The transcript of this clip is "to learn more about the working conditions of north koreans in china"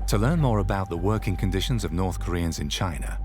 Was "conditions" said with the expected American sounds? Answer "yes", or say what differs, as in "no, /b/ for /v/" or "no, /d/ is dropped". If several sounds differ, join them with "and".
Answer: yes